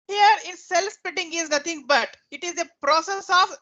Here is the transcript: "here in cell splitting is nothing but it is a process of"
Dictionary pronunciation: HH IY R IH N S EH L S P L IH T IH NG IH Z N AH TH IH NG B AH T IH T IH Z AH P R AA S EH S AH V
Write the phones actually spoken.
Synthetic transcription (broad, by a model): HH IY R IH N S EH L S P IH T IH NG IH Z N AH T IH NG B AH T IH T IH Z AH P R AA S EH S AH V